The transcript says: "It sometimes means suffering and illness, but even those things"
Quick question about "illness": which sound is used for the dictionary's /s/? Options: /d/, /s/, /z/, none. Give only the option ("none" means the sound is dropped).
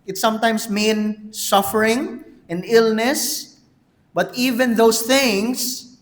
/s/